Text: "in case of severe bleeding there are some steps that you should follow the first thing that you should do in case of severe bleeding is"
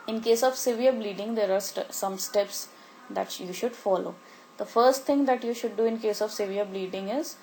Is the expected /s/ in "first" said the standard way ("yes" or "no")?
yes